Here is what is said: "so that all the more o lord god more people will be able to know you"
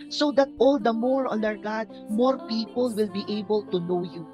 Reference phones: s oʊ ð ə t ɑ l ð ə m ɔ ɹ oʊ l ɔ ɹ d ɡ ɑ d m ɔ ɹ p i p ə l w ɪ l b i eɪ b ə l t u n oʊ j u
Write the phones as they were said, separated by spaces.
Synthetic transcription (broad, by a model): s oʊ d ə t ɑ l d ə m ɔ ɹ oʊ n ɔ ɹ ɡ ɑ d m ɔ ɹ p i p ə l w ɪ l b i eɪ b ə l t u n oʊ j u